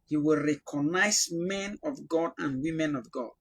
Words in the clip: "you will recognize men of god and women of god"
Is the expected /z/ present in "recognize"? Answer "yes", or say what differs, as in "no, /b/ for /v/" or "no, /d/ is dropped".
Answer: no, /s/ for /z/